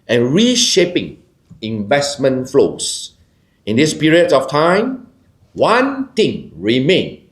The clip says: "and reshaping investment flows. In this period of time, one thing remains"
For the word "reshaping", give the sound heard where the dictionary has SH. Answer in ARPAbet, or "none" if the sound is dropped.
SH